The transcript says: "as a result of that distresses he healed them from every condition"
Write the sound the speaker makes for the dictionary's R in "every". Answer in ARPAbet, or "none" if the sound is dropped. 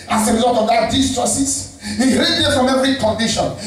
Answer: R